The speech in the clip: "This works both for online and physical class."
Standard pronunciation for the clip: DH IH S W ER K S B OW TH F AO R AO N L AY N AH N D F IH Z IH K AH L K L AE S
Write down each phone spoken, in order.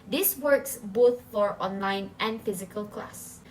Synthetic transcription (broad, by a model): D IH S W ER K S B OW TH F AO R AO N L AY N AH N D F IH Z IH K AH L K L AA S